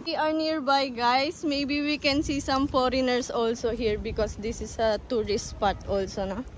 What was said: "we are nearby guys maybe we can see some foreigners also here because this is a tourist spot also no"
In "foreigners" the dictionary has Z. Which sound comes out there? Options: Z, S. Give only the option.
S